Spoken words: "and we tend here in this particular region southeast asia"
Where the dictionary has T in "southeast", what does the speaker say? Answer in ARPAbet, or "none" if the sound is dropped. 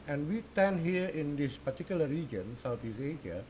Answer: none